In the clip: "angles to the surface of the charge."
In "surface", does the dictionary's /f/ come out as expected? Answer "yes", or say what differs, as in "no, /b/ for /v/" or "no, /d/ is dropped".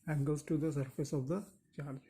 yes